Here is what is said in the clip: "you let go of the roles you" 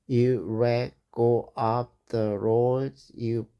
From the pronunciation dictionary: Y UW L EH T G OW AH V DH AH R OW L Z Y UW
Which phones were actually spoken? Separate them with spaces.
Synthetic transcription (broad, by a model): Y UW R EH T G OW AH P DH AH R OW Z Y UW